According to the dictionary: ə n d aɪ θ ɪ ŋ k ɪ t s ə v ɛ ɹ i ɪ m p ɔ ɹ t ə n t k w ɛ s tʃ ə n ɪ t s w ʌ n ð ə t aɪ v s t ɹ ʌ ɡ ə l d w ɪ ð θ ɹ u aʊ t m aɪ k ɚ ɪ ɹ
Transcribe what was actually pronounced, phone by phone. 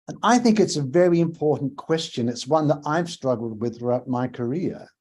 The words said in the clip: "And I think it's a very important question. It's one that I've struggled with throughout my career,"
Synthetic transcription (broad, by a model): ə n aɪ θ ɪ ŋ k ɪ t s ə v ɛ ɹ i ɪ m p ɔ ɹ t n k w ɛ s tʃ ə n ɪ t s w ʌ n ð ə t aɪ v s t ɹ ʌ ɡ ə l d w ɪ ð θ ɹ u aʊ t m aɪ k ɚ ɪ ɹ